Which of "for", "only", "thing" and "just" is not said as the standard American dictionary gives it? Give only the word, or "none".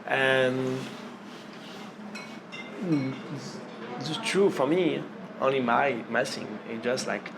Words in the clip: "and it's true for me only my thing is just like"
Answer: thing